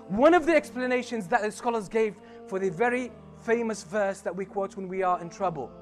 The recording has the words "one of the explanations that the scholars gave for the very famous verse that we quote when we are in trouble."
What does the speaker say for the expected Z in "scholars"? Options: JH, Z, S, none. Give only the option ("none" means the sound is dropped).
Z